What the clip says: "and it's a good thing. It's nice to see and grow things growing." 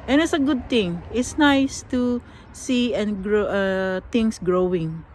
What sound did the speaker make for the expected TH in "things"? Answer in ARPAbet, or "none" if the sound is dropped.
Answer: T